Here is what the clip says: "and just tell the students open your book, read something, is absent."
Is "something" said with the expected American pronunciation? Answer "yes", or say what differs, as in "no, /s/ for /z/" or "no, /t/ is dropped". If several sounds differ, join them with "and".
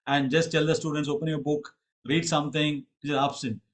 no, /t/ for /θ/